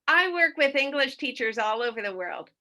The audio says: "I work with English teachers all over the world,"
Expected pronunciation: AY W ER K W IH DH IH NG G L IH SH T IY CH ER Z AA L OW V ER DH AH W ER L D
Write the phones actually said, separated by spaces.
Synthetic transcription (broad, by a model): AY W ER K W IH DH IH NG G L IH SH T IY CH ER Z AA L OW V ER DH AH W ER L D